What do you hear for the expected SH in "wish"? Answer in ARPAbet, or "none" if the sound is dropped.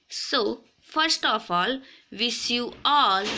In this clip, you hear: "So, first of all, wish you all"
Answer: S